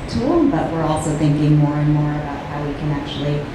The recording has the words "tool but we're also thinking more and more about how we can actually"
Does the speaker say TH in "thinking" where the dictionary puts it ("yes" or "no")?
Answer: yes